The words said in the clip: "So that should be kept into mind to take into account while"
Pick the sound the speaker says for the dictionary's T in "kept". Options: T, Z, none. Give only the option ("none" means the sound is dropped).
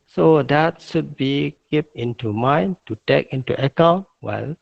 none